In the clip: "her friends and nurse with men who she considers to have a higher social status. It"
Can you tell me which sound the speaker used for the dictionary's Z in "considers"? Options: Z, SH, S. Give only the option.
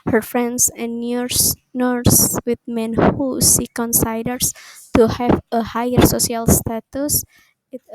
S